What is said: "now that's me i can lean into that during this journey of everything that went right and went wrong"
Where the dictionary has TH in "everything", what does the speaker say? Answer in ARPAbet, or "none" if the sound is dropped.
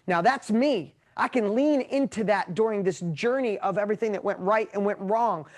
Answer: TH